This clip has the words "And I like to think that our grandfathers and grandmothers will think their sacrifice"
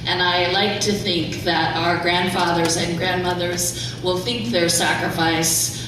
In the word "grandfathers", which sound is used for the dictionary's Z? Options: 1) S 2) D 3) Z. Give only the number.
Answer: 3